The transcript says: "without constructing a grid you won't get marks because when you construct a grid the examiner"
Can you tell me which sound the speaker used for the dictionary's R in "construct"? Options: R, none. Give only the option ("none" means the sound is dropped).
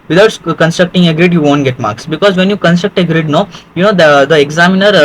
R